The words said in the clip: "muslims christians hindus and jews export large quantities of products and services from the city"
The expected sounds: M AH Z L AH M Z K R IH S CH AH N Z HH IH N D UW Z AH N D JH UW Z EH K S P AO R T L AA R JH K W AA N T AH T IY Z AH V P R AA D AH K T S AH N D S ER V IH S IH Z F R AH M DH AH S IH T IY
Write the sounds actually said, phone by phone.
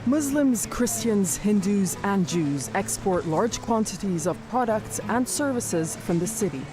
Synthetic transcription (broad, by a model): M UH Z L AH M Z K R IH S CH AH N Z HH IH N D UW Z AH N JH UW Z EH K S P AO R T L AA R JH K W AA N T AH T IY Z AH V P R AA D AH K T S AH N S ER V IH S IH Z F R AH M DH AH S IH T IY